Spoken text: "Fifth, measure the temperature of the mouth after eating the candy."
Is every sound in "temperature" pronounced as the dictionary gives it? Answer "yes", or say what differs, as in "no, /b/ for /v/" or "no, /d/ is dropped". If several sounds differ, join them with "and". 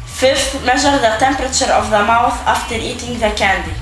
yes